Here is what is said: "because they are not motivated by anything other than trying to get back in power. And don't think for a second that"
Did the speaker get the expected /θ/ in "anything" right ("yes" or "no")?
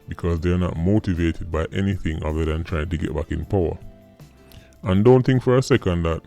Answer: yes